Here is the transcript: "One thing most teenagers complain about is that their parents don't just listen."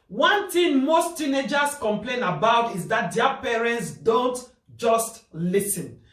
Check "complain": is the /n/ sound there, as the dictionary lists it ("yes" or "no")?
yes